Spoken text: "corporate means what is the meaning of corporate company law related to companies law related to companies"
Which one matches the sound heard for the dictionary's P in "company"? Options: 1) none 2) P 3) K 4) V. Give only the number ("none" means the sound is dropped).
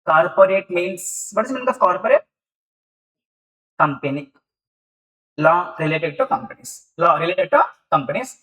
2